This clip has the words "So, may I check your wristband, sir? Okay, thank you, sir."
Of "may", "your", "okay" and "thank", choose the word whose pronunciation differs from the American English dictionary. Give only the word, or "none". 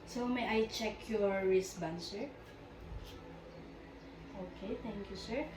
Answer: thank